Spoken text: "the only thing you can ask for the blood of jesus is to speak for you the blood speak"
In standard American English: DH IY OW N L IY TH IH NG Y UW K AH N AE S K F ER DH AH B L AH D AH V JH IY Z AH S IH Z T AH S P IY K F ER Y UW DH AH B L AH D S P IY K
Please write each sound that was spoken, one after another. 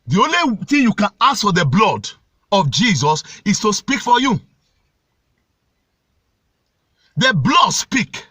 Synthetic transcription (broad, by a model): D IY OW N L IY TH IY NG Y UW K AH N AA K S F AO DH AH B L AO D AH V JH IY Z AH S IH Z T AH S P IY K F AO Y UW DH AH B L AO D S P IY K